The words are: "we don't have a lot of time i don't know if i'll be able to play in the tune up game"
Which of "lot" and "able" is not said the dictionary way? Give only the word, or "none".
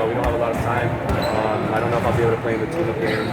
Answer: able